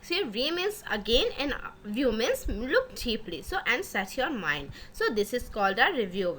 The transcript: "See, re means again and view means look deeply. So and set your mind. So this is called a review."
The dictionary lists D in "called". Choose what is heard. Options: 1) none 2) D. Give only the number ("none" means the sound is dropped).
2